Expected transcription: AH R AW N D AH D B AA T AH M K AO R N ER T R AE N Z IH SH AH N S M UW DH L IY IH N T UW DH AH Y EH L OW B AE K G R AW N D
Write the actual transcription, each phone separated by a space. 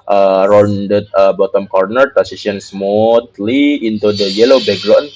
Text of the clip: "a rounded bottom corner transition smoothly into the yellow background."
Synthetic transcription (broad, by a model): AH R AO N D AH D B AA T AH M K AO R N ER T AE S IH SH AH N S M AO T L IY IH N T UW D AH Y EH L OW B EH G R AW N